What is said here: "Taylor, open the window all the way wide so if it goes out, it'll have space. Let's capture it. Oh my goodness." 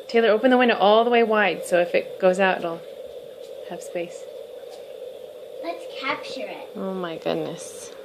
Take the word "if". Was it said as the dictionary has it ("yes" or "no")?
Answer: yes